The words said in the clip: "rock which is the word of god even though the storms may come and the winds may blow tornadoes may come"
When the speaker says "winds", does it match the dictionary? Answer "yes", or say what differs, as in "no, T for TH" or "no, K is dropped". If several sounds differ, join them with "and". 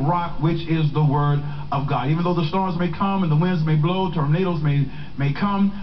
yes